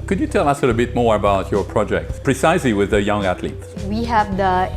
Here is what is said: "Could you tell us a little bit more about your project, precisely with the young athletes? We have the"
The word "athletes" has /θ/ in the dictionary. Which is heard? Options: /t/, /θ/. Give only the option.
/t/